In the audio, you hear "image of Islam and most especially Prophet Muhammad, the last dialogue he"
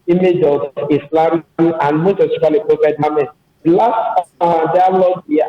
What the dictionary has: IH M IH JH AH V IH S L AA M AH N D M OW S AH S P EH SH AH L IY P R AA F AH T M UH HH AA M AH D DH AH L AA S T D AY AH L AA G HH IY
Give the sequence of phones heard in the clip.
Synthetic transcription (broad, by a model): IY M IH JH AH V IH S L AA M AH N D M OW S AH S IY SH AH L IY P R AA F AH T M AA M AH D L AA S T D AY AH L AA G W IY